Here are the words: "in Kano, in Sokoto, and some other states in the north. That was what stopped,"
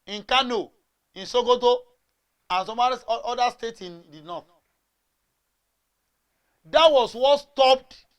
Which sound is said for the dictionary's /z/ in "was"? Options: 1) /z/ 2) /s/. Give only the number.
2